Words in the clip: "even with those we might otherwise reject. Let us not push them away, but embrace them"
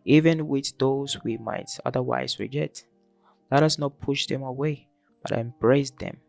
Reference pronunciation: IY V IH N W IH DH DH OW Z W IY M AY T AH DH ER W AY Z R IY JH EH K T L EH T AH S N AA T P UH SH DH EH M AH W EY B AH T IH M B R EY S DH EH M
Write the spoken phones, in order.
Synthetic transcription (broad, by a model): IY V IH N W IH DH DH OW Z W IY M AY T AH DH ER W AY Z R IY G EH T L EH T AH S N AA T P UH SH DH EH M AH W EY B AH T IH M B R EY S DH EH M